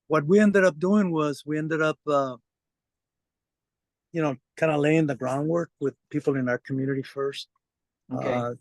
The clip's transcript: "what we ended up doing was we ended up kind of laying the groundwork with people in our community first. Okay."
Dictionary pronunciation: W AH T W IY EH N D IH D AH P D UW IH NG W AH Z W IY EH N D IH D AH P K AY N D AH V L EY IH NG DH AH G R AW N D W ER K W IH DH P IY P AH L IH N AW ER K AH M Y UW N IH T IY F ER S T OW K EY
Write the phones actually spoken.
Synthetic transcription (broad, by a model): W AH T W IY EH N D IH D AH P D UW IH NG W AH Z W IY EH N D IH D AH P K AY N D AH L EY IH NG DH AH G R AW N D W ER K W IH DH P IY P L IH N AW ER K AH M Y UW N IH T IY F ER S T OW